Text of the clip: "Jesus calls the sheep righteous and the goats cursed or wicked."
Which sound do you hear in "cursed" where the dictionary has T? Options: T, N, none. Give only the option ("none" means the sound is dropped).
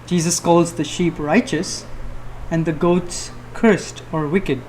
T